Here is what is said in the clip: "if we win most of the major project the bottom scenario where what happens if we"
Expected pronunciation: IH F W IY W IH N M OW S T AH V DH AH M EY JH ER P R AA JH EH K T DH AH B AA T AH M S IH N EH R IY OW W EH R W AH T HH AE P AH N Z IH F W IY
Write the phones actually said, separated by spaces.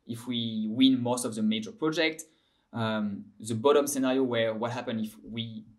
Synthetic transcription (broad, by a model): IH F W IY W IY N M OW S T AH V DH AH M EY JH ER P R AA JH EH K T DH AH B AA T AH M S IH N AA R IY OW W EH R W AH T HH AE P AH N IH F W IY